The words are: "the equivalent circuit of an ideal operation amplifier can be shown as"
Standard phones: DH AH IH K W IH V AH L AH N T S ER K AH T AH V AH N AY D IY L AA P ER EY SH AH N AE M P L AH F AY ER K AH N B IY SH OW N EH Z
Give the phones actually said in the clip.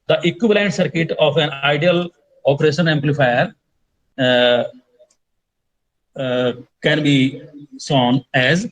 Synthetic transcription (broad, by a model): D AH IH K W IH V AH L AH N T S ER K AH T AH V AH N AY D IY L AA P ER EY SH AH N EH M P L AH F AY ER K AH N B IY S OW N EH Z